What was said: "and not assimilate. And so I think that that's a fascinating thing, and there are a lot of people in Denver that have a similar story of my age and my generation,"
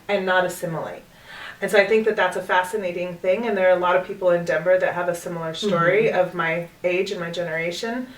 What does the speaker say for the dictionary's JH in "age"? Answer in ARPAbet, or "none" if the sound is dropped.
JH